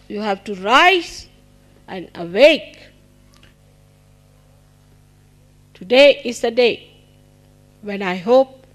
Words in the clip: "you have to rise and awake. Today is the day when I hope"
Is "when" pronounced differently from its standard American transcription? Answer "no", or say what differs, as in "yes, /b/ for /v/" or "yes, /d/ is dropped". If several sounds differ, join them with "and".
no